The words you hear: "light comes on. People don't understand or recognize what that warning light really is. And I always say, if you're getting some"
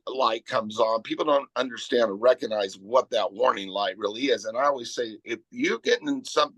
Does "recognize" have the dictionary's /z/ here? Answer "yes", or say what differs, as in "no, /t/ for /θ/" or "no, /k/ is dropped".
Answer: yes